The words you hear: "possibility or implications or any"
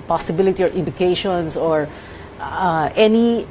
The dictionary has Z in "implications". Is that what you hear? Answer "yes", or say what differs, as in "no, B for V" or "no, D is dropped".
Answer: no, S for Z